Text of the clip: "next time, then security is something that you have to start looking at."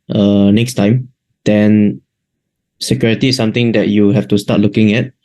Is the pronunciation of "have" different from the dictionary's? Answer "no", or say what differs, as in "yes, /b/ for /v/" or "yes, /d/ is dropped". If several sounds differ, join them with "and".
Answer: yes, /f/ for /v/